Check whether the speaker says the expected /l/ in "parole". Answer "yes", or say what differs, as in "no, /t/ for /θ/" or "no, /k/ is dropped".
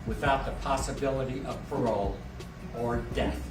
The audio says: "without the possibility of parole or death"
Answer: yes